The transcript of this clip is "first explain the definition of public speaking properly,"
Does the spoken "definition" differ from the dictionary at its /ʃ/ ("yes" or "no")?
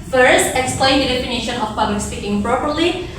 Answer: no